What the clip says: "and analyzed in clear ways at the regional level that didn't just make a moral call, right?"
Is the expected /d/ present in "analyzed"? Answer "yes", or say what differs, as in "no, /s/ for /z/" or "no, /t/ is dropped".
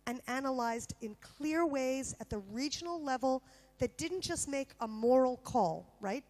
yes